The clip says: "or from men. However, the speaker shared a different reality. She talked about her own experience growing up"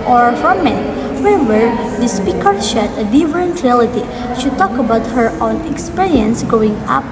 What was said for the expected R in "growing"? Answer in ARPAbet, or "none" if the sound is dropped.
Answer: none